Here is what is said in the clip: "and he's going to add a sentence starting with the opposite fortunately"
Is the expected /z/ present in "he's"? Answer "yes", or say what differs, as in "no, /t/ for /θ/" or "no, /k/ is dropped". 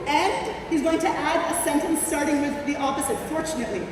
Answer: yes